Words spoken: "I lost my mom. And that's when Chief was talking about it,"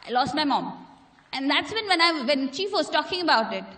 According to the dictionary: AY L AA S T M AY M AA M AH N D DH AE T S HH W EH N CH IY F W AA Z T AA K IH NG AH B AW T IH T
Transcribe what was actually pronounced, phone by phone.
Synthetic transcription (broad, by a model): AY L AA S T M AY M AA M AH N D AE T S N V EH N CH IY F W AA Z T AA K IH NG AH B AW T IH T